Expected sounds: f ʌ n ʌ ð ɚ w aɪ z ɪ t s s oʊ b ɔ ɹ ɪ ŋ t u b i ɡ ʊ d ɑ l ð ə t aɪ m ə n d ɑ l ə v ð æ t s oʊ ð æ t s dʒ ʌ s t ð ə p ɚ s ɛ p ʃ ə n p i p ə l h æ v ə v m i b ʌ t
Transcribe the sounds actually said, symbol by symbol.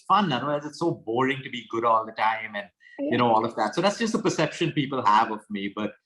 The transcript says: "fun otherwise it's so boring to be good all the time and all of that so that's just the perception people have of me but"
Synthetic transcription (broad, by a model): f ʌ n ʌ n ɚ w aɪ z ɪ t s s oʊ b ɔ ɹ ɪ ŋ t u b i ɡ ʊ d ɑ l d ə t aɪ m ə n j ɑ l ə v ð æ t s oʊ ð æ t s dʒ ʌ s t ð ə p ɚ s ɛ p ʃ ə n p i p ə l h æ v ə v m i b ʌ t